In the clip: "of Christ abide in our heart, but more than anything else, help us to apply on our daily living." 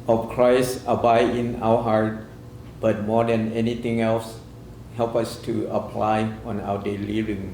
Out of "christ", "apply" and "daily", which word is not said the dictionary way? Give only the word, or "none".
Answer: none